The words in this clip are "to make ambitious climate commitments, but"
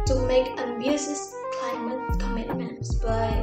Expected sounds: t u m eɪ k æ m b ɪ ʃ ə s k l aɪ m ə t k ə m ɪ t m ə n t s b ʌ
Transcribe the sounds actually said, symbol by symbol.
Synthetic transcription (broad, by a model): t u m eɪ k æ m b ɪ s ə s k l aɪ m ə t k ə m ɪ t m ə n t s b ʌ